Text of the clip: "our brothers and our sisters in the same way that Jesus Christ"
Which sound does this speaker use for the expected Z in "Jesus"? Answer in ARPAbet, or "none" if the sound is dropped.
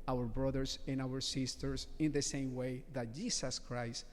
S